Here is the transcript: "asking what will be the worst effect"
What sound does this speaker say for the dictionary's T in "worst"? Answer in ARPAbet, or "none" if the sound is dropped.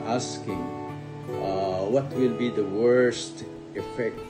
T